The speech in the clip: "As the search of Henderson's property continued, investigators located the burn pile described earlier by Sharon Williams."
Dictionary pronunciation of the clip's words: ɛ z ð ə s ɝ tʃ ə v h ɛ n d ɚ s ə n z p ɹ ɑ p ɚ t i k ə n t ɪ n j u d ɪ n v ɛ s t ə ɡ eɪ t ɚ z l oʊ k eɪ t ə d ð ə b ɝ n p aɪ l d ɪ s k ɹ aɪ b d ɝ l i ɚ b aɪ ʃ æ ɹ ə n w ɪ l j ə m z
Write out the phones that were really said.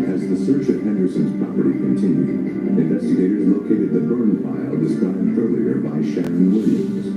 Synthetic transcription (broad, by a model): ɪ z ð ə s ɝ tʃ ə v h ɛ n d ɚ s ə n z p ɹ ɑ p ɚ t i k ə n t ɪ n j u d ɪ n v ɛ s t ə ɡ eɪ t ɚ z l oʊ k eɪ t ə d ð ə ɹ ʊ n f aɪ l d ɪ s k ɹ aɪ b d ɝ l i ɚ b aɪ ʃ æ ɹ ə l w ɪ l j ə